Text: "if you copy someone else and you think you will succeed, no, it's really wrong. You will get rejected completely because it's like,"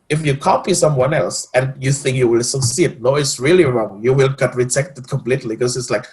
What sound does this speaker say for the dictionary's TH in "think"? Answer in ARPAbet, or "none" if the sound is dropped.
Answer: TH